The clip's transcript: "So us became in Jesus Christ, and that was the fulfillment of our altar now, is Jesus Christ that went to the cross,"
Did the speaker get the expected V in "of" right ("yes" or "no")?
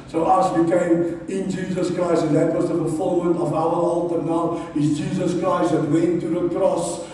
yes